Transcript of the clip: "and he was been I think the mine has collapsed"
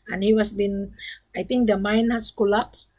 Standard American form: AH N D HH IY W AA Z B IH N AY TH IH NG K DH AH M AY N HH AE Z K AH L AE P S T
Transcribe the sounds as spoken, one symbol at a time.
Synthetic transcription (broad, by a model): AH N HH IY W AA S B IH N AY T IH NG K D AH M AY N HH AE S K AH L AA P S